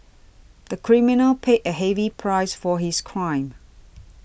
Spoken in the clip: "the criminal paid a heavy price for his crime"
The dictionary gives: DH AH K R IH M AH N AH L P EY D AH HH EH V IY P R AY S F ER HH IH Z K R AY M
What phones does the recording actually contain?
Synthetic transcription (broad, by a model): DH AH K R IH M AH N AH L P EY AH HH EH V IY P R AY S F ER HH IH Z K R AY M